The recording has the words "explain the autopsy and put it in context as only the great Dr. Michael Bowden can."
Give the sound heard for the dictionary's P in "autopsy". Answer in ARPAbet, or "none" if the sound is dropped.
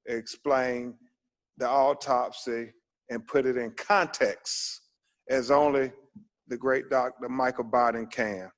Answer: P